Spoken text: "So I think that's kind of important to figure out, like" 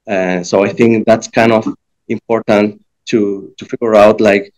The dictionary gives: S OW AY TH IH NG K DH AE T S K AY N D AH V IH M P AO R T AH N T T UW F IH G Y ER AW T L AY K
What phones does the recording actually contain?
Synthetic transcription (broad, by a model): S OW AY TH IH NG K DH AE T S K AY N D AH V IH M P AO R T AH N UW T UW F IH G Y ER AW T L AY K